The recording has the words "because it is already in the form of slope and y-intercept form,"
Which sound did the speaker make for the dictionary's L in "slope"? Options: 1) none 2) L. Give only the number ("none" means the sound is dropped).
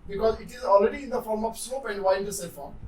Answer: 1